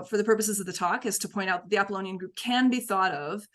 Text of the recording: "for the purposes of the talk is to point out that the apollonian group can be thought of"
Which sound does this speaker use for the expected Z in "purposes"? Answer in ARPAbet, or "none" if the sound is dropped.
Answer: Z